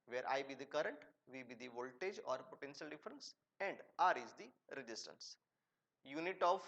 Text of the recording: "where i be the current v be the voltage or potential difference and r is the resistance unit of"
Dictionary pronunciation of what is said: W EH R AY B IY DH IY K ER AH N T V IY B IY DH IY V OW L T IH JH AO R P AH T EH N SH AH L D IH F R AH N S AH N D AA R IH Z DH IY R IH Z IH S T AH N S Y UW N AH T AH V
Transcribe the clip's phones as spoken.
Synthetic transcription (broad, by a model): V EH R AY B IY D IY K ER AH N T V IY B IY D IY V OW L T IH JH AO R P AH T EH N SH AH L D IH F R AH N S AH N D AA R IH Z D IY R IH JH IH S T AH N S Y UW N AH T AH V